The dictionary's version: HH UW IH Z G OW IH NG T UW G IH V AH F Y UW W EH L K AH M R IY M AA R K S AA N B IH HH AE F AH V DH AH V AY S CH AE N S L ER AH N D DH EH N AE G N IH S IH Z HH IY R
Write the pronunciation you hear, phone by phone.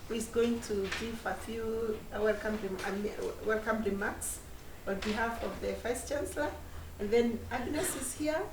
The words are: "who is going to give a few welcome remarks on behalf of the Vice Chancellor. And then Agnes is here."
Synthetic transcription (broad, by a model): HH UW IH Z G OW IH NG T UW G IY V AH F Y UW W EH L K AH M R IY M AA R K S AA N B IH HH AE F AH V DH AH F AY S CH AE N S L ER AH N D DH EH N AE G N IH S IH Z HH IY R